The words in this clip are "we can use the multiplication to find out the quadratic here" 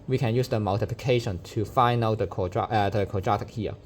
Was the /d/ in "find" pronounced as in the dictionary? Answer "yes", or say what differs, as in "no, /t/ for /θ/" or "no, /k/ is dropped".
no, /d/ is dropped